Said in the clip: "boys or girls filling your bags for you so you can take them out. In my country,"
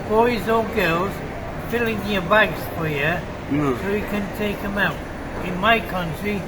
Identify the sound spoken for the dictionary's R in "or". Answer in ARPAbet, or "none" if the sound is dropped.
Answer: L